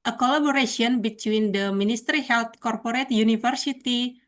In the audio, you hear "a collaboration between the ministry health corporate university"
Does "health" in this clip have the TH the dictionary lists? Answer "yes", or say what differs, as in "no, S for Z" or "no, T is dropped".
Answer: no, T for TH